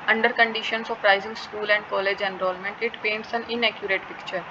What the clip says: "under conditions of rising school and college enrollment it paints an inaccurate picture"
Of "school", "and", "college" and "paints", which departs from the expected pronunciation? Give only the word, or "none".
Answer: none